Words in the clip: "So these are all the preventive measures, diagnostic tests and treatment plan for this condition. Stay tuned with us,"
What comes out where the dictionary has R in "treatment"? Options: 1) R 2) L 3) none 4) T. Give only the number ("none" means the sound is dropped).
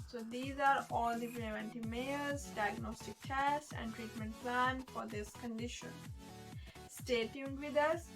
1